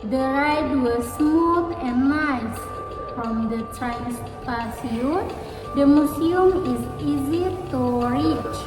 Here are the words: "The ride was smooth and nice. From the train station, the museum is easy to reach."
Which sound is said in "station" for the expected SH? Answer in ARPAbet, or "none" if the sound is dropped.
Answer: S